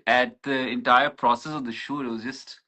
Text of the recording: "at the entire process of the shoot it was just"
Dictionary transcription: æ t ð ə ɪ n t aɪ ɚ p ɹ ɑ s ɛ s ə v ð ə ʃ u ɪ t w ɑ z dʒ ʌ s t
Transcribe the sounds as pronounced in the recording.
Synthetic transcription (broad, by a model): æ t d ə ɪ n t aɪ ɚ p ɹ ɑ s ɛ s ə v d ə ʃ u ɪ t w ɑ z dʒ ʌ s t